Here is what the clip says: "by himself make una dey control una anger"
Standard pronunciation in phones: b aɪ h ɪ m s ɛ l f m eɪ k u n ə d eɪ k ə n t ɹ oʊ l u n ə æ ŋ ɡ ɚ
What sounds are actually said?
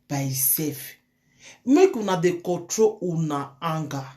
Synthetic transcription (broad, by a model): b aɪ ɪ s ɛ f m eɪ k u n ə d eɪ k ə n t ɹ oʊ u n ə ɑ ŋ ɡ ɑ